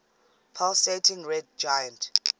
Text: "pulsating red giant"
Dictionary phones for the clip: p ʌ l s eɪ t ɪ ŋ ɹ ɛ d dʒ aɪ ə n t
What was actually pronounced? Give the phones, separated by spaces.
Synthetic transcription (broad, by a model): p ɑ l s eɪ t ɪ ŋ ɹ ɛ d dʒ aɪ ə n t